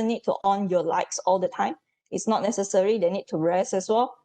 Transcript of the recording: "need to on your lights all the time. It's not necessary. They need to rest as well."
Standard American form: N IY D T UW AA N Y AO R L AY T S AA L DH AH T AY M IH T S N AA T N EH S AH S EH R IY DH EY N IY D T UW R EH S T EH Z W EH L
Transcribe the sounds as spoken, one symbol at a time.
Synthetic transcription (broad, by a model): N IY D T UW AA N Y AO L AY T S AA L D AH T AY M IH T S N AA T N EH S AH S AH R IY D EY N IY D T UW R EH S EH S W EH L